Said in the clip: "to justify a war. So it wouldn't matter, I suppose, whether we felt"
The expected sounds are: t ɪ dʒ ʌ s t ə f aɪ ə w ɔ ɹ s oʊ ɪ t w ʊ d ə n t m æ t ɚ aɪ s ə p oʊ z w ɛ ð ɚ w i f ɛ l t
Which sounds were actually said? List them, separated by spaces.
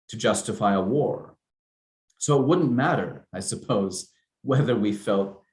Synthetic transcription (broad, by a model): t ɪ dʒ ʌ s t ə f aɪ ə w ɔ ɹ s oʊ ɪ t w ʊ d n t m æ t ɚ aɪ s ə p oʊ z w ɛ ð ɚ w i f ɛ l t